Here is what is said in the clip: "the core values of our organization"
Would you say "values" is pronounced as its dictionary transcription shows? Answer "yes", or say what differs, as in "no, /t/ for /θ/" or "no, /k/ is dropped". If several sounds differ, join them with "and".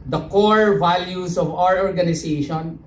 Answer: no, /s/ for /z/